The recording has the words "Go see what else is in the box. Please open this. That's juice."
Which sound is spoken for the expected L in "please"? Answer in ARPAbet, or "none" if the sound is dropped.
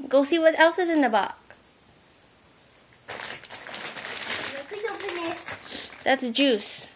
none